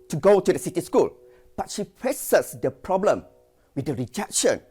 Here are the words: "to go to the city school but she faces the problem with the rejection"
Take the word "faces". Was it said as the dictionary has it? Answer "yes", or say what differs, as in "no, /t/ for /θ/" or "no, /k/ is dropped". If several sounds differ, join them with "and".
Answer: no, /p/ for /f/